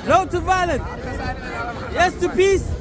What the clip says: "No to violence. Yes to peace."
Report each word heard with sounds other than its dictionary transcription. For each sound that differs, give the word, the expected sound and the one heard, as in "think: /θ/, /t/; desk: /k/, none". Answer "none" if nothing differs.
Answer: violence: /s/, none